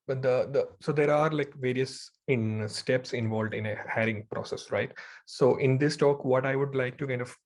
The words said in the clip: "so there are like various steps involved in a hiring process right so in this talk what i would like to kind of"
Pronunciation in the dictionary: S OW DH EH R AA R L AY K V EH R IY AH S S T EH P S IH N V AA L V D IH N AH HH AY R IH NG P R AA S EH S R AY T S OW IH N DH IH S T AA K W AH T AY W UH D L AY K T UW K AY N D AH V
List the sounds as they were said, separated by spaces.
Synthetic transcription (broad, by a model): S OW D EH R AA R L AY K V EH R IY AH S S T EH P S IH N V AA L V D IH N AH HH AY R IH NG P R AA S EH S R AY T S OW IH N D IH S T AA K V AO T AY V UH D L AY K T UW K AY N D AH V